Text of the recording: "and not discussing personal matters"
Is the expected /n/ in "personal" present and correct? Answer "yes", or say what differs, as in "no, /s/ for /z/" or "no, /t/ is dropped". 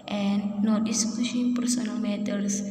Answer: yes